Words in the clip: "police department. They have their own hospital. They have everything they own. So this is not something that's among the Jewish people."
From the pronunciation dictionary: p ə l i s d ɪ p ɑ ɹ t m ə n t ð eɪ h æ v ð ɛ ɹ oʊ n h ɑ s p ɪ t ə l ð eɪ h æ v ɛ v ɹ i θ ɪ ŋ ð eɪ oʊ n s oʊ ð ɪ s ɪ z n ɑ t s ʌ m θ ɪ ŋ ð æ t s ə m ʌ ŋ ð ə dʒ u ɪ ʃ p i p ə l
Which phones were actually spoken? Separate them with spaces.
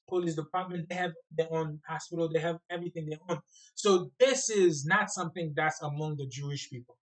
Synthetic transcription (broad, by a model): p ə l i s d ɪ p ɑ ɹ t m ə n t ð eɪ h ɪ v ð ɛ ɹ oʊ n h ɑ s p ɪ t l ð eɪ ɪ v ɛ v ɹ i θ ɪ ŋ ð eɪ oʊ n s oʊ ð ɪ s ɪ z n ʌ t s ʌ m θ ɪ ŋ ð æ t s ə m ʌ ŋ ð ə dʒ u ɪ ʃ p i p l